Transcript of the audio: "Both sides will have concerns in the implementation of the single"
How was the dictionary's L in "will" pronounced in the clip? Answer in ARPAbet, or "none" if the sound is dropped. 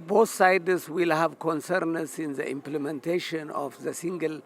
L